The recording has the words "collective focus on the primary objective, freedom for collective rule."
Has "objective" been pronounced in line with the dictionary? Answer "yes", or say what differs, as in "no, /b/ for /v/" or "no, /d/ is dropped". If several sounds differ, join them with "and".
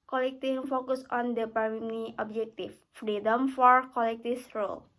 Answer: no, /f/ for /v/